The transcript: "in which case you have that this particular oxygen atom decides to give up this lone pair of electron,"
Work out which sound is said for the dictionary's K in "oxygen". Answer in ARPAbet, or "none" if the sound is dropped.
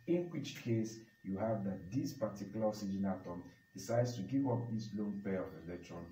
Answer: none